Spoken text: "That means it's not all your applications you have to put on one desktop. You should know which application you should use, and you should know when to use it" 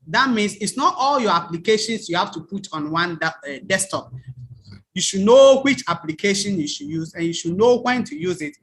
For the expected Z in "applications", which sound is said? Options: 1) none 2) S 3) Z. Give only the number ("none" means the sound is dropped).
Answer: 2